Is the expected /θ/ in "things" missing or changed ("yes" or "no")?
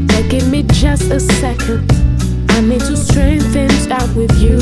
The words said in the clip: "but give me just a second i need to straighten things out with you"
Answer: no